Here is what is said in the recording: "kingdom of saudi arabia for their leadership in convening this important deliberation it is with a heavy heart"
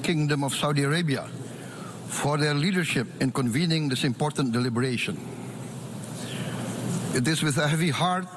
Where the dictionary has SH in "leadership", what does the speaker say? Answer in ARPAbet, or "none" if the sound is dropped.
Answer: SH